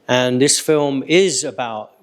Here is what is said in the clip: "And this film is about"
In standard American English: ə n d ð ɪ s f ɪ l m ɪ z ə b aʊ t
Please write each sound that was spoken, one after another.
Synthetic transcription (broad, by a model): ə n ð ɪ s f ɪ l m ɪ z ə b aʊ t